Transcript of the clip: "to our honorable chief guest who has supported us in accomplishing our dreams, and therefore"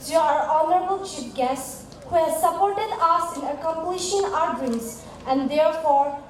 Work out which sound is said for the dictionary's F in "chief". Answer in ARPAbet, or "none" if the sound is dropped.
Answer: P